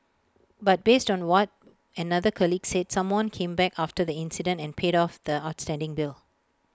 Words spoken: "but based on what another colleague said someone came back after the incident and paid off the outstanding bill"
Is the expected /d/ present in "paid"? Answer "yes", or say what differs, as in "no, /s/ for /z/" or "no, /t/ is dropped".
yes